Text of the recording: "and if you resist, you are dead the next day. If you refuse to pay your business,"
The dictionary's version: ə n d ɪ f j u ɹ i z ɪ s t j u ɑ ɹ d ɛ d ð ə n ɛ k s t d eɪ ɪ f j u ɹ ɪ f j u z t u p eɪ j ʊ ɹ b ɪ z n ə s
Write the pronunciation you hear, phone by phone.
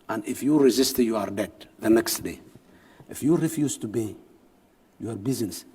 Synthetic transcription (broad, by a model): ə n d ɪ f j u ɹ i z ɪ s t j u ɑ ɹ d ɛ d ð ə n ɛ k s t d eɪ ɪ f j u ɹ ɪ f j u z t u b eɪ j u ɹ b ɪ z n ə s